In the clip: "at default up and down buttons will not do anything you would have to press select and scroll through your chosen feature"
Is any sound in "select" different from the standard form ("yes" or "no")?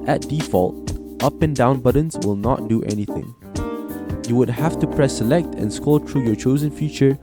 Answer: no